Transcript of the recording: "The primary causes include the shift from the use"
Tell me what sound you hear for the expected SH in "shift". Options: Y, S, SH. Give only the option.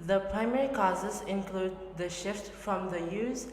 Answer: SH